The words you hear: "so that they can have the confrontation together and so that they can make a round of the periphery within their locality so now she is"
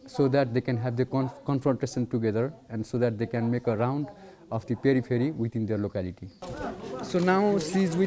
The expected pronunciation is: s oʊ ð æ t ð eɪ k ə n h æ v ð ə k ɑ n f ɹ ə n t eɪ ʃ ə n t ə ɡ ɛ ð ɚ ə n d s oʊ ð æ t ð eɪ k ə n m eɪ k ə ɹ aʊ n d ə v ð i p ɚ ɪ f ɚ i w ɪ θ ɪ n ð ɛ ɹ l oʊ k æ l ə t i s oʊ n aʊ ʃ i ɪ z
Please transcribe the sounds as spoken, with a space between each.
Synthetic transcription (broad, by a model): s oʊ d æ t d eɪ k ə n h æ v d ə k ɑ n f ɹ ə n t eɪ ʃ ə n t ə ɡ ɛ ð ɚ ə n d s oʊ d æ t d eɪ k ə n m eɪ k ə ɹ aʊ n d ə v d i p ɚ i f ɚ i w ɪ t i n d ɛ ɹ l oʊ k æ l ə t i s oʊ n aʊ s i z